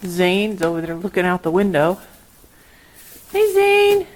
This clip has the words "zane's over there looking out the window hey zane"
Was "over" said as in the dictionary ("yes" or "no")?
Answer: no